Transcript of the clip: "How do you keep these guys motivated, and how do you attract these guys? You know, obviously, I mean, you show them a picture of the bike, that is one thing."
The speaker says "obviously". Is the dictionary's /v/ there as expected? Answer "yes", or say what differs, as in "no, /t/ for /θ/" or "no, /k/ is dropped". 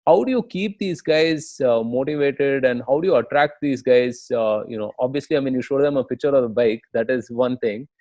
yes